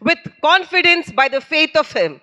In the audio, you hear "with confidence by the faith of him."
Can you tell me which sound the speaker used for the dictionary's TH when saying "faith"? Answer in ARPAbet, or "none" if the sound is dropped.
T